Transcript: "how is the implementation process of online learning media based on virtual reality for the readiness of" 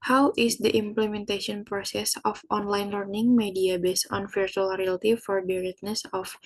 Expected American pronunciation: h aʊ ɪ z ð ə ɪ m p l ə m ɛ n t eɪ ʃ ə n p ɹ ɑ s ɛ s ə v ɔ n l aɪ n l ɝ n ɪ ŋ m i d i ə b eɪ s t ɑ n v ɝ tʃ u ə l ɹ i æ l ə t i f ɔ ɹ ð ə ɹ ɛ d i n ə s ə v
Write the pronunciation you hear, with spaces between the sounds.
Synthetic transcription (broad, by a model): h aʊ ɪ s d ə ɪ m p l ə m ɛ n t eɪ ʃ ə n p ɹ ɑ s ɛ s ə f ɔ n l aɪ n l ɝ n ɪ ŋ m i d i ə b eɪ s ɑ n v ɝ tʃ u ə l ɹ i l t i f ɔ ɹ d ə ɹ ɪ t n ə s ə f